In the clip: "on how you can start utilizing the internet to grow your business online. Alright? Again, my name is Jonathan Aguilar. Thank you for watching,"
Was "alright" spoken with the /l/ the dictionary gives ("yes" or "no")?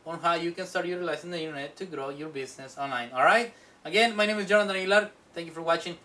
yes